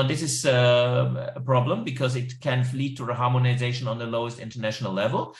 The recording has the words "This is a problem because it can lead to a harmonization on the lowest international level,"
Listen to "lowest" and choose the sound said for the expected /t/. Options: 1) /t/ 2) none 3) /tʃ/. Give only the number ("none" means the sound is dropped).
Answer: 1